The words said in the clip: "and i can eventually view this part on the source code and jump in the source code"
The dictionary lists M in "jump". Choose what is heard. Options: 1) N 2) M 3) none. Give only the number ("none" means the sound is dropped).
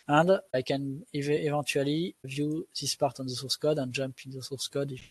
2